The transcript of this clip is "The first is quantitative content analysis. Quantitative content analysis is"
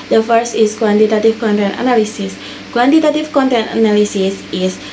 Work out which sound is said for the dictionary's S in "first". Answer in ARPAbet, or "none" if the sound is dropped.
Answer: S